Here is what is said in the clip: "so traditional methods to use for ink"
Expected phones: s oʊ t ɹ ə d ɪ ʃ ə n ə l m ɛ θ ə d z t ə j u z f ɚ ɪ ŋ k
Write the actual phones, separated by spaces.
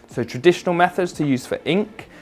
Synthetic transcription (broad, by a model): s oʊ t ɹ ə d ɪ ʃ ə n ə l m ɛ θ ə d z t ə j u z f ɚ ɪ ŋ k